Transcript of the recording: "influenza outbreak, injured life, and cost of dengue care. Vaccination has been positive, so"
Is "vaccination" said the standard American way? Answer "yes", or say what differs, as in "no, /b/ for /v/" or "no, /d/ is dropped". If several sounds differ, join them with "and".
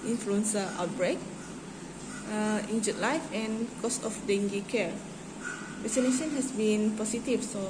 no, /k/ is dropped